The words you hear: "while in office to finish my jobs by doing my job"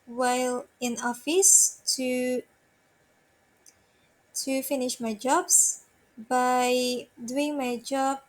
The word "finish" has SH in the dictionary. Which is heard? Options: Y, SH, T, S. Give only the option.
SH